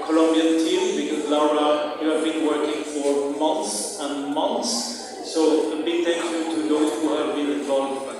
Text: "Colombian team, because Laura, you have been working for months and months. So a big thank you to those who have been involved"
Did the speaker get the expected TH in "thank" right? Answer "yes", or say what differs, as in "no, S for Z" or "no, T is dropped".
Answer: no, T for TH